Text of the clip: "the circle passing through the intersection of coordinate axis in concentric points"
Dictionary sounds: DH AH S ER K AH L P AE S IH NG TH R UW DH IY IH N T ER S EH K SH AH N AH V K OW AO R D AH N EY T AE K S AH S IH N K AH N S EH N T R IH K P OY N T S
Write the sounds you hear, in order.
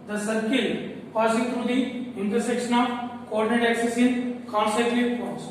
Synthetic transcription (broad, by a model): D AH S ER K AH L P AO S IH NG T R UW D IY IH N T ER S EH K SH AH N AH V K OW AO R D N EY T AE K S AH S IH N K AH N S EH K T IH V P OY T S